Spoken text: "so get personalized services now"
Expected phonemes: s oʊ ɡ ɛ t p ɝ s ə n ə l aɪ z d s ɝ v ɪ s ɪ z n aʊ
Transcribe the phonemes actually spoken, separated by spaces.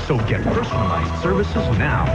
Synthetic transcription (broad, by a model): s oʊ ɡ ɛ t p ɝ s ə n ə l aɪ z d s ɝ v ɪ s ɪ z n aʊ